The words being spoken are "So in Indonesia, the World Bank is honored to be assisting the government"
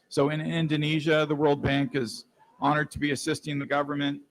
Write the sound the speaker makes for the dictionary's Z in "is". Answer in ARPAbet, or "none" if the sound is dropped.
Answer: Z